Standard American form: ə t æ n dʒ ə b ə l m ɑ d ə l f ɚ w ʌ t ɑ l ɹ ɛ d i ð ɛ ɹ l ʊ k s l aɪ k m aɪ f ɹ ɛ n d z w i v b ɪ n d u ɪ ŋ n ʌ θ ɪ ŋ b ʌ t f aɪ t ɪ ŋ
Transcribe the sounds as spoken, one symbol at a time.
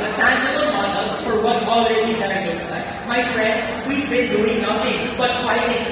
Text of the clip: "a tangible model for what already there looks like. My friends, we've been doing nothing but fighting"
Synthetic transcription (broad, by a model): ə t æ n dʒ ə b ə l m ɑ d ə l f ɚ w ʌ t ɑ l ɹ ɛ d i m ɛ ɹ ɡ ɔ s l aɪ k m aɪ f ɹ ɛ n d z w i v b ɪ n d u ɪ ŋ n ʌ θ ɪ ŋ b ʌ t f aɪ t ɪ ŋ